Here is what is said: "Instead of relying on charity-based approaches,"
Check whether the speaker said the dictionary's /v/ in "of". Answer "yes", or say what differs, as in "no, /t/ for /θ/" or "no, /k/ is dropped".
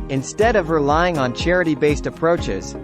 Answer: yes